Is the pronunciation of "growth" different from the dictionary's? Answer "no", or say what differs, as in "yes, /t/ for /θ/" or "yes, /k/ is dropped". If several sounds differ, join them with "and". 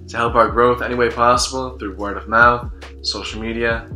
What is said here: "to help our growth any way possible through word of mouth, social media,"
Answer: no